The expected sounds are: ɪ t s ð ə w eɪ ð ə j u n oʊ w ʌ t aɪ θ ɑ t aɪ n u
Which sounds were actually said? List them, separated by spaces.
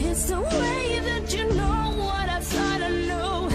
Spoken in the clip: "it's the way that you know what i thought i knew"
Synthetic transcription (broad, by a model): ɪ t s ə w eɪ ð ə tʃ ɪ n oʊ w ʌ t aɪ s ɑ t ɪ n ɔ